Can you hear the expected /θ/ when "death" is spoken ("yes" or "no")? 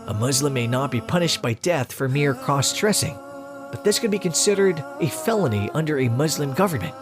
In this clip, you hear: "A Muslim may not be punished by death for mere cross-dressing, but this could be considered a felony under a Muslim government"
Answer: yes